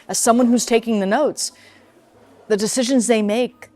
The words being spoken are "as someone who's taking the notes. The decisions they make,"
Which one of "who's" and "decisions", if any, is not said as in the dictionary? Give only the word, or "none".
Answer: none